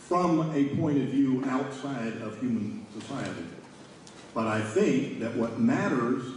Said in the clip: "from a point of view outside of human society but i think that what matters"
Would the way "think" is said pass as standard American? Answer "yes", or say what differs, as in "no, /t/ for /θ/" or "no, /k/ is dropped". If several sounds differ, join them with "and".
yes